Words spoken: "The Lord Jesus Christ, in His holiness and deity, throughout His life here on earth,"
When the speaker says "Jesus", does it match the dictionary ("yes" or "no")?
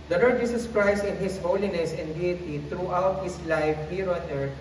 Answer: no